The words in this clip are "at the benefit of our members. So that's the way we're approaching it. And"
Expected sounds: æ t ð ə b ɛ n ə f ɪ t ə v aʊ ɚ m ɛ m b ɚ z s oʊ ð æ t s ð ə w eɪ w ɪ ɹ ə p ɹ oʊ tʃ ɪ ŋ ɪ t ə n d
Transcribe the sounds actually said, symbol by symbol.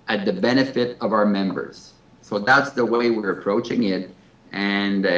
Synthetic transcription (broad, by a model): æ t ð ə b ɛ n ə f ɪ t ə v aʊ ɚ m ɛ m b ɚ z s oʊ ð æ t s ð ə w eɪ w ɪ ɹ ə p ɹ oʊ tʃ ɪ ŋ ɪ t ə n